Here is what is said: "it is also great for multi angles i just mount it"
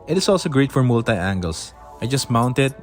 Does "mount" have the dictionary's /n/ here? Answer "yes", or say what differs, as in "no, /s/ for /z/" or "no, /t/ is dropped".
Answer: yes